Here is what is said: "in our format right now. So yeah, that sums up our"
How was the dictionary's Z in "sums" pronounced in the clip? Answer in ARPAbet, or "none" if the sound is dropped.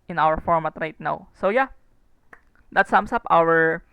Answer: S